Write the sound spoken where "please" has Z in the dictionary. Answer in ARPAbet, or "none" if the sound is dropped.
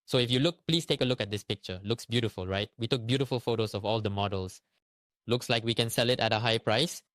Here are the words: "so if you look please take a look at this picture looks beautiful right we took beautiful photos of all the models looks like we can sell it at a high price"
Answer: S